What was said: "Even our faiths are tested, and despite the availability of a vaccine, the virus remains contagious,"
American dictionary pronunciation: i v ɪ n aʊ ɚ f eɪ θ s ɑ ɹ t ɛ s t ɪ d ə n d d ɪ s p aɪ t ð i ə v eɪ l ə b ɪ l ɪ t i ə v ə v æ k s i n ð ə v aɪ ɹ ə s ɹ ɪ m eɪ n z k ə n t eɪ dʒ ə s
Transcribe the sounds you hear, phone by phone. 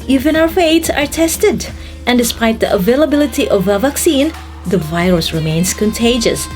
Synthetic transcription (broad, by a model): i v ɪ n aʊ ɚ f eɪ t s ɑ ɹ t ɛ s t ɪ d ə n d d ɪ s p aɪ t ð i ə v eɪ l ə b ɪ l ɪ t i ə v ə v æ k s i n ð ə v aɪ ɹ ə s ɹ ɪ m eɪ n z k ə n t eɪ dʒ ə s